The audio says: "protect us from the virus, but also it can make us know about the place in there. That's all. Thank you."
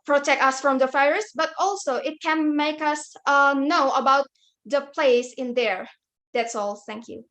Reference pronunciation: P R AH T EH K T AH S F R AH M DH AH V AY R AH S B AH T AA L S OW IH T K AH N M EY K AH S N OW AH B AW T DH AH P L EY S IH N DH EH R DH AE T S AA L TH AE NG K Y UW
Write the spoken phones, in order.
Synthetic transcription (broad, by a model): P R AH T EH K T AH S F R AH M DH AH F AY R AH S B AH T AA L S OW IH T K AH N M EY K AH S N OW AH B AW T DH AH P L EY S IH N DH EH R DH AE T S AA L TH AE NG K Y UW